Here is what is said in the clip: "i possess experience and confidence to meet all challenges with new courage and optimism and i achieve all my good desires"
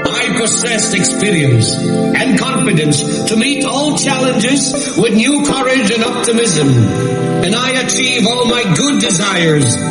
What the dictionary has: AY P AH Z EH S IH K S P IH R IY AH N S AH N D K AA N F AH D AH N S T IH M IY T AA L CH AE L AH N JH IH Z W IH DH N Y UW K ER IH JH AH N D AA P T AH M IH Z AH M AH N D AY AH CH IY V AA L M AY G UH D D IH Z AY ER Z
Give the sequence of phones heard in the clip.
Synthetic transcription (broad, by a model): AY P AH S EH S IH K S P IH R IY AH N S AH N K AA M F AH D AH N S T IH M IY T AA L CH AE L AH N JH IH Z W IH DH N Y UW K ER IH JH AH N AA P T AH M IH Z AH M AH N AY AH CH IY V AA L M AY G UH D D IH Z AY ER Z